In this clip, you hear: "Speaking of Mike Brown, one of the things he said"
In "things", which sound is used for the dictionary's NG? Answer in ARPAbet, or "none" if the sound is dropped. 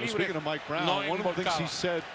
none